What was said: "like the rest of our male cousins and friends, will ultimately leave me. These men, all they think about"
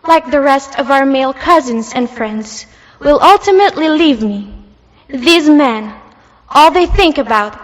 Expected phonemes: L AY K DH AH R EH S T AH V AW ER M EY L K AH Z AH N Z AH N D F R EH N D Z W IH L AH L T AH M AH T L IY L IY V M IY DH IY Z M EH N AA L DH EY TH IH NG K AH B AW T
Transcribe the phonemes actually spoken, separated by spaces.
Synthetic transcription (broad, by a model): L AY K DH AH R EH S T AH V AW ER M EY L K AH Z AH N Z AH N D F R EH N D Z W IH L AH L T AH M AH T L IY L IY V M IY DH IY Z M EH N AA L DH EY TH IH NG K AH B AW T